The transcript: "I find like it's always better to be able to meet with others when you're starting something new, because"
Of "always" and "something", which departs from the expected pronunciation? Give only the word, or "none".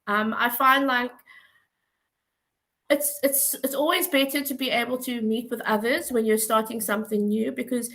none